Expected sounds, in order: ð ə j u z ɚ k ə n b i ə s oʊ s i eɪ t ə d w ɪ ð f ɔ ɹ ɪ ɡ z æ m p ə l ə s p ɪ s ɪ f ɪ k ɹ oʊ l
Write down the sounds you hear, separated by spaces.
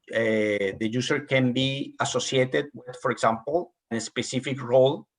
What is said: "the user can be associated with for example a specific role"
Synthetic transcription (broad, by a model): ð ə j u s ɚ k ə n b i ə s oʊ s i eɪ t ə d w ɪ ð f ɔ ɹ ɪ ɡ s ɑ m p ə n ə s p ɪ s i f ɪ k ɹ oʊ l